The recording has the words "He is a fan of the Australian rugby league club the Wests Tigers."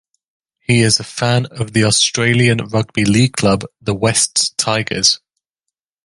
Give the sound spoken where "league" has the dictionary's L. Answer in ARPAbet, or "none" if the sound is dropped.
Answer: L